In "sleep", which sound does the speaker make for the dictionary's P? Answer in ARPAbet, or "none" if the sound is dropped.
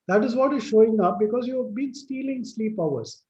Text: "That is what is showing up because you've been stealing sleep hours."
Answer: P